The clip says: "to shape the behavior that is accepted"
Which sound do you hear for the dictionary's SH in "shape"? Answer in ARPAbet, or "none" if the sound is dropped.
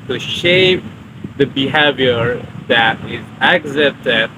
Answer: SH